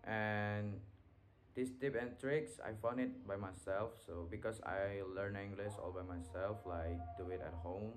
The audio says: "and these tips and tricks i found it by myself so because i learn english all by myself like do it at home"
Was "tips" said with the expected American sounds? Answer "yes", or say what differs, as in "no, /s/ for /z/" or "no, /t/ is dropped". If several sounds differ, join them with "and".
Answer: no, /s/ is dropped